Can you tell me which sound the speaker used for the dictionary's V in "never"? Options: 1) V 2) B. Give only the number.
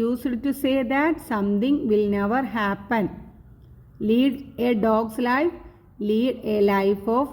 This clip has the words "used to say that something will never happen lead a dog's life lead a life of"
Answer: 1